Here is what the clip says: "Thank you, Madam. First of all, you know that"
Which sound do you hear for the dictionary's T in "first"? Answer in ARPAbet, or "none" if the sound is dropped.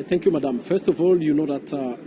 T